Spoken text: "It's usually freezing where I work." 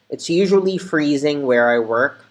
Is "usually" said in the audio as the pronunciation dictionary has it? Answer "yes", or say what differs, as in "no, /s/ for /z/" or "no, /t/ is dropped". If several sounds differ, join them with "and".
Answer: yes